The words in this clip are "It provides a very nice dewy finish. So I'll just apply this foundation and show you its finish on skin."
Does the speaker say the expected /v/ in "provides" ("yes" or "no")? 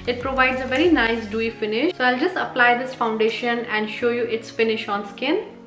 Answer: yes